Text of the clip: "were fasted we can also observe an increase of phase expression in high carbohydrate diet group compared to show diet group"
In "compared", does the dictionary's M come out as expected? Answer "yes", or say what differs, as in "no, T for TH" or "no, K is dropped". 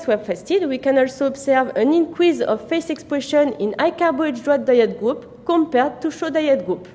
yes